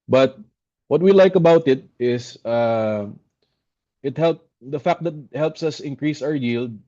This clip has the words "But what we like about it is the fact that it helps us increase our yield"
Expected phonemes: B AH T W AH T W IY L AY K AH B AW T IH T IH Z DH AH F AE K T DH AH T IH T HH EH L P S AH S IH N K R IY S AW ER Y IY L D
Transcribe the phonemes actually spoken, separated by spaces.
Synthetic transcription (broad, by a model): B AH T W AH T W IY L AY K AH B AW T IH T IH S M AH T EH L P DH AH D IH T HH EH L P S AH S IH N K R IY S AW ER Y IY L D